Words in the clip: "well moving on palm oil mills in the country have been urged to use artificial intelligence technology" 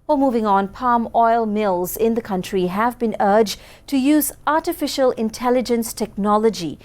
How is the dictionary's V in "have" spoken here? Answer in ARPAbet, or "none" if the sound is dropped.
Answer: V